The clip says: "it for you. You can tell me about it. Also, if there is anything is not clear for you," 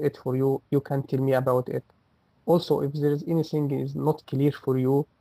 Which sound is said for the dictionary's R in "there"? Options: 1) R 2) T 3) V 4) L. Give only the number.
1